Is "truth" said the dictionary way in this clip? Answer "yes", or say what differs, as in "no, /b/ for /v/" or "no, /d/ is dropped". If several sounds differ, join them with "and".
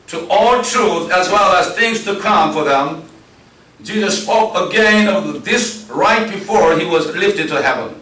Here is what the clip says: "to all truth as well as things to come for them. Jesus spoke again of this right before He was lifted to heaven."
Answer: yes